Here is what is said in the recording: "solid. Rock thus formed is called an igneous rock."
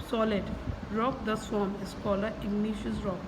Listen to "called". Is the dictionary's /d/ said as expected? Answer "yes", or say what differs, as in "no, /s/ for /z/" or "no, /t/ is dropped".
no, /d/ is dropped